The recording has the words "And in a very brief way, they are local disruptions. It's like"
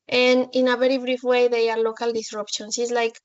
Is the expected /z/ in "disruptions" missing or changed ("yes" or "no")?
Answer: yes